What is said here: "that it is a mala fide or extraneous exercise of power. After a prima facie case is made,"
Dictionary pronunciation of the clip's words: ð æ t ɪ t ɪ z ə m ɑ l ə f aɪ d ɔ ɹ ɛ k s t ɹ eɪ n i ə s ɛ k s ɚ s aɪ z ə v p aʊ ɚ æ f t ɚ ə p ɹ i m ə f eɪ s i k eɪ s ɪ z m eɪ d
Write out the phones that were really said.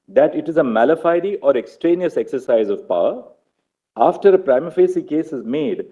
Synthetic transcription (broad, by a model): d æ t ɪ t ɪ z ə m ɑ l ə f aɪ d ɔ ɹ ɛ k s t ɹ eɪ n i ə s ɛ k s ɚ s aɪ z ə v p aʊ ɚ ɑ f t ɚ ə p ɹ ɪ m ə f eɪ s i k eɪ s ɪ z m eɪ d